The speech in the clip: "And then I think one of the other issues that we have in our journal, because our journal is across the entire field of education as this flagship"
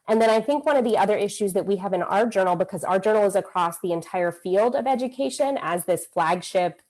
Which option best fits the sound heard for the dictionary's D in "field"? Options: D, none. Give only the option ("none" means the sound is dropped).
D